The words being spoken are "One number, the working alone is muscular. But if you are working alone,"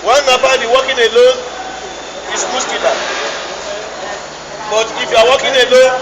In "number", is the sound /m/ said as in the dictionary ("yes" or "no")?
no